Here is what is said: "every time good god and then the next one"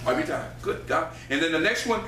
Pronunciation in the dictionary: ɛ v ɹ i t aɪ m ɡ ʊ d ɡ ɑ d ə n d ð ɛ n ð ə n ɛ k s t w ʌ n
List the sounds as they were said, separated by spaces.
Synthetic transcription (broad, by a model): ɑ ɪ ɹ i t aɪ ɡ ʊ d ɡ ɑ ə n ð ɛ n ð ə n ɛ k s t w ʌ n